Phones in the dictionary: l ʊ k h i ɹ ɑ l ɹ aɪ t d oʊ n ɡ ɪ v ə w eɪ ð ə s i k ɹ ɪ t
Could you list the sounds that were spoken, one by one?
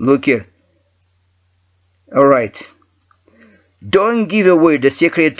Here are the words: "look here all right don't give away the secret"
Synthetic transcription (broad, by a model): l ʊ k h i ɹ ɑ l ɹ aɪ t d oʊ n ɡ ɪ v ə w eɪ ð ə s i k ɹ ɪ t